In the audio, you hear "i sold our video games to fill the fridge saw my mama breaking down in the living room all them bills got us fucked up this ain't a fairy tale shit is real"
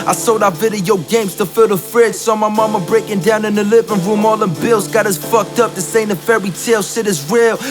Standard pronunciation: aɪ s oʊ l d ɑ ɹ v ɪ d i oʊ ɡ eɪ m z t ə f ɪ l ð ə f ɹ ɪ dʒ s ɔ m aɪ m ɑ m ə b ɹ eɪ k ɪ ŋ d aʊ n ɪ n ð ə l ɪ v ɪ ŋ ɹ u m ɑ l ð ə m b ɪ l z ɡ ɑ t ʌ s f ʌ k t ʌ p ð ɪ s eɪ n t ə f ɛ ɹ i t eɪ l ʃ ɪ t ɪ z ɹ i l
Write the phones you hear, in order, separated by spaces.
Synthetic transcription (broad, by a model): aɪ s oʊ d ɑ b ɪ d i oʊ ɡ eɪ m z t ə f ɪ l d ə f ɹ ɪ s s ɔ m aɪ m ɑ m ə b ɹ eɪ k ɪ ŋ d aʊ n ɪ n ð ə l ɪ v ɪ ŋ ɹ u m ɑ l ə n b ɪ l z ɡ ɑ t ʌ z f ʌ k t ʌ p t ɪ s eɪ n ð ə f ɛ ɹ i t eɪ l s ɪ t ɪ z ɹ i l